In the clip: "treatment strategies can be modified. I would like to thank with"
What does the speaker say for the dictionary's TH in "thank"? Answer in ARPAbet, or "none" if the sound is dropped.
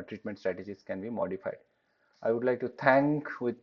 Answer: T